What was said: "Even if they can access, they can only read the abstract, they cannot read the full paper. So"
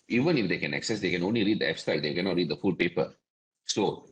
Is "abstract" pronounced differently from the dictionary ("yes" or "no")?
yes